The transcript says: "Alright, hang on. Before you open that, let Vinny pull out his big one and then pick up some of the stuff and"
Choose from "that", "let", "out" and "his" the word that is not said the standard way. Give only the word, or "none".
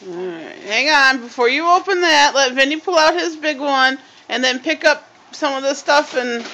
none